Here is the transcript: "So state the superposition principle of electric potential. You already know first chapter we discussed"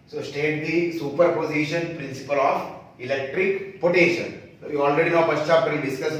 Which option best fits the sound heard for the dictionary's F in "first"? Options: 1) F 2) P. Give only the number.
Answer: 2